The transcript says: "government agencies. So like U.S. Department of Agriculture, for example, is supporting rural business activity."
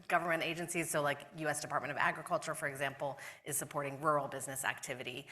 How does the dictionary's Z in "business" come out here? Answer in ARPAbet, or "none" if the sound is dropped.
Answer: Z